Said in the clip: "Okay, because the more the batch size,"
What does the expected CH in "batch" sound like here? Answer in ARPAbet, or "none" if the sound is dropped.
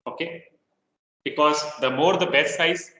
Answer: S